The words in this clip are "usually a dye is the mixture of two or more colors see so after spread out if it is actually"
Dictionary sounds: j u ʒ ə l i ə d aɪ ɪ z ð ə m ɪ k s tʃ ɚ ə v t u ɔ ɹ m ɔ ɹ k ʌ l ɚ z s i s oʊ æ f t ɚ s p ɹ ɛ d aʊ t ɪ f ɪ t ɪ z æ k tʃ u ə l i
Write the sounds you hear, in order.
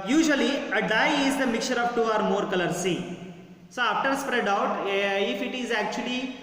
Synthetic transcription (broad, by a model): j u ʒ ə l i ə d aɪ ɪ z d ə m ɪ k tʃ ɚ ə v t u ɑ ɹ m ɔ ɹ k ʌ l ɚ s i s oʊ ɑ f t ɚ s p ɹ ɛ d aʊ t ɪ f ɪ t ɪ z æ k tʃ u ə l i